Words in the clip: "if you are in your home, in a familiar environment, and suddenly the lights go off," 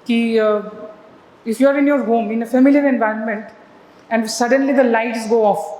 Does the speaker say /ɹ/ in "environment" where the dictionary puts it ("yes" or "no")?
yes